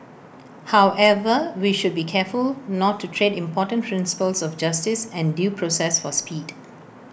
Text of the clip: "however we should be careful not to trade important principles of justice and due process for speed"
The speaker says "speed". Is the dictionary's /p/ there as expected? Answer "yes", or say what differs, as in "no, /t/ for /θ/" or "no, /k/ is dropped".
yes